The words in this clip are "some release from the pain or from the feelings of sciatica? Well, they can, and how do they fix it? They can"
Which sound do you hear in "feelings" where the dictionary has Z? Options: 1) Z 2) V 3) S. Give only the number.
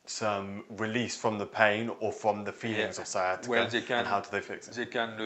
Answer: 1